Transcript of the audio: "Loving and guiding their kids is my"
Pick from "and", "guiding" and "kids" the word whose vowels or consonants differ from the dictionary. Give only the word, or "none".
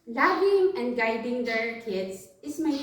kids